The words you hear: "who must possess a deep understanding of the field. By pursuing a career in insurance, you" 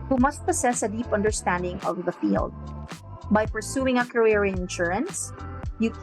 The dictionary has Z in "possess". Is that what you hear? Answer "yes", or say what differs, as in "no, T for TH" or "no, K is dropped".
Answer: no, S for Z